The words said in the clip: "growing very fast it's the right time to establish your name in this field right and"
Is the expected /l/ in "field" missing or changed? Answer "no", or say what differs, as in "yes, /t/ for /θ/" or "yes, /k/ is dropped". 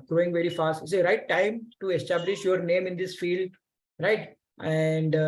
no